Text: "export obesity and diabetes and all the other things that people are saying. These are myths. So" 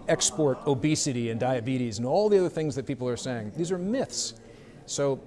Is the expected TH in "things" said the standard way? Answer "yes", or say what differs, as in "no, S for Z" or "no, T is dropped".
yes